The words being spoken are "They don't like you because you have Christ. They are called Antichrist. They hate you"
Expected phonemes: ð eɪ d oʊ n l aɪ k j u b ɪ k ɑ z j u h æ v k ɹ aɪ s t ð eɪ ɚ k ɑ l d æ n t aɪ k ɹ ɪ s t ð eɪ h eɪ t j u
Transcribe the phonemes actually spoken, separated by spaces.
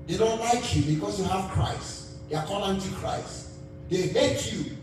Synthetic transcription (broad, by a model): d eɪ d oʊ n l aɪ k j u b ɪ k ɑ s j u h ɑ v k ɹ aɪ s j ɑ k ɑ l ɑ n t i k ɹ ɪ s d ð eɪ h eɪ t j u